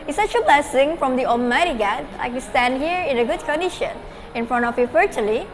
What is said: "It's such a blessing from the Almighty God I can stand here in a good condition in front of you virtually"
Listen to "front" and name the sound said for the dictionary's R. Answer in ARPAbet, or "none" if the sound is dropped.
R